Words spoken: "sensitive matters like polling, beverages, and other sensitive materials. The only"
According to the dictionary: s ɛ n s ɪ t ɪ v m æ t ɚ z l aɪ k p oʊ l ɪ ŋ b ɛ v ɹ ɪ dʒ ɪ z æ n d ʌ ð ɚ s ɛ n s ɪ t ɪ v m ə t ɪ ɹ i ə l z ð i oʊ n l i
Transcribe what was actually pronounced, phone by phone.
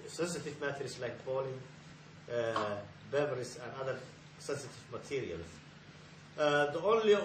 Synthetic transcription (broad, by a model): s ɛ n s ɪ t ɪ v m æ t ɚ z l aɪ k b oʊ l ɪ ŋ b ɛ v ɪ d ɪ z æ n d ʌ ð ɚ s ɛ n s ɪ t ɪ v m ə t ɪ ɹ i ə l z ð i oʊ n l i